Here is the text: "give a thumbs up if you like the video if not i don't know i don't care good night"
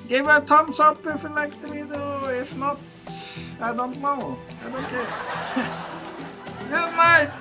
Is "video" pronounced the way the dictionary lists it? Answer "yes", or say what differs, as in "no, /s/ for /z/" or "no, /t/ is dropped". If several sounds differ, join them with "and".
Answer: no, /b/ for /v/